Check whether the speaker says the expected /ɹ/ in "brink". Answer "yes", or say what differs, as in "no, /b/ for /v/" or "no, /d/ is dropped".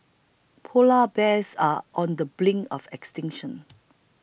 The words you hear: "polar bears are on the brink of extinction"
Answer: no, /l/ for /ɹ/